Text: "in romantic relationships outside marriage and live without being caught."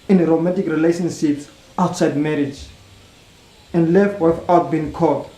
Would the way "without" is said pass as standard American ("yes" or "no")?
no